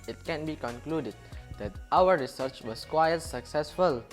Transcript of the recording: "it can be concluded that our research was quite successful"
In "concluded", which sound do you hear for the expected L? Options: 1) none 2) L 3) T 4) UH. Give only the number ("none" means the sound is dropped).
2